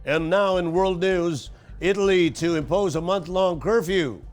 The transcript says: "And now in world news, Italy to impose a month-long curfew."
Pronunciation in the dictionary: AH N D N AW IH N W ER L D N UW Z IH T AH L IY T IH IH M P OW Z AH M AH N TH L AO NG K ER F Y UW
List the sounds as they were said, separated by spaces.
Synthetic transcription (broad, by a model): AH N N AW IH N W ER L D N UW Z IH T L IY T IH IH M P OW Z AH M AH N TH L AO NG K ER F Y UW